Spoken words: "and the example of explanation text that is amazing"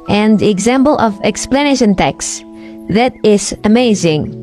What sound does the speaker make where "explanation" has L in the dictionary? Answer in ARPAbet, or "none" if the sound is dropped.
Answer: L